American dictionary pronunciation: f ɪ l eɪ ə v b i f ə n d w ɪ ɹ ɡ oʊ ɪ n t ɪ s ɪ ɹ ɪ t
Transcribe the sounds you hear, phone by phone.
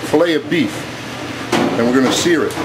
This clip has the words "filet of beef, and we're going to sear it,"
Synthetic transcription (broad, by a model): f l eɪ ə b i f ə n w ɪ ɹ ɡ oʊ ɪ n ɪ s ɪ ɹ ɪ t